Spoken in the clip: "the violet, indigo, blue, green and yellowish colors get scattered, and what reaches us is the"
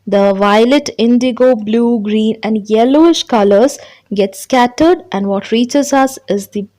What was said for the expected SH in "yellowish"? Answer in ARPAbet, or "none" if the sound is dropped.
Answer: SH